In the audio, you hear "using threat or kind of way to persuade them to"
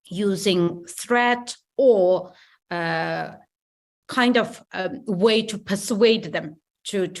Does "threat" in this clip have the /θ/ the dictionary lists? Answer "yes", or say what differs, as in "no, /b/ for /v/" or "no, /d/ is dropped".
yes